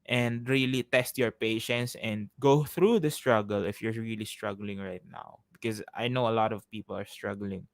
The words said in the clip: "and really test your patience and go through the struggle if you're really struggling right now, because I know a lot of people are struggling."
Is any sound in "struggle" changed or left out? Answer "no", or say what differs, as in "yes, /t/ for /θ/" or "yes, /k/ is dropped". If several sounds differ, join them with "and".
no